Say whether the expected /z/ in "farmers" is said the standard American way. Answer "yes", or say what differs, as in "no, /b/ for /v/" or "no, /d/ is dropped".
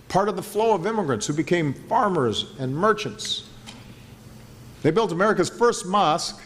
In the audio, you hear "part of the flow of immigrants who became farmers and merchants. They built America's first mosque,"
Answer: yes